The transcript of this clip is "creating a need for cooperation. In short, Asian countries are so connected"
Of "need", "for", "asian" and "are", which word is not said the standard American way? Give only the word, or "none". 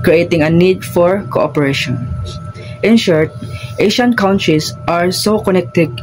asian